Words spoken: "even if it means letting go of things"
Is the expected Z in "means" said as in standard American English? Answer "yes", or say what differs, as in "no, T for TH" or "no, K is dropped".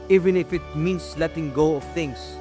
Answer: no, S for Z